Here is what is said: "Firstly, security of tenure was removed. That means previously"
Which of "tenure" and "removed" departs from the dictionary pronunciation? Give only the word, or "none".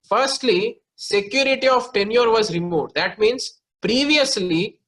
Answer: none